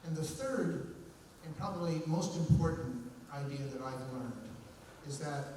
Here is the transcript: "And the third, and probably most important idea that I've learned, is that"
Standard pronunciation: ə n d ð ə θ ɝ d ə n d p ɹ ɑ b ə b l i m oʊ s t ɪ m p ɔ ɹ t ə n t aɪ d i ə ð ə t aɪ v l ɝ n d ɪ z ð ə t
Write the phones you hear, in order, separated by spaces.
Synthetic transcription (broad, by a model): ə n ð ə θ ɝ d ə n p ɹ ɑ b ə b l i m oʊ s t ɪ m p ɔ ɹ t n t aɪ d i ə ð ə t aɪ v l ɝ n d ɪ z ð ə t